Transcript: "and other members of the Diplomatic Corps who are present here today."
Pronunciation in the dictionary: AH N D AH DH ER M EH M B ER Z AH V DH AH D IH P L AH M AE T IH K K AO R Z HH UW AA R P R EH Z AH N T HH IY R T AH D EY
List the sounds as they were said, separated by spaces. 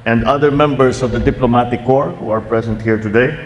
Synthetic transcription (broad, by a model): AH N D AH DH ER M EH M B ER S AH V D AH D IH P L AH M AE T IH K K AO R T HH UW AA R P R EH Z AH N T HH IY R T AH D EY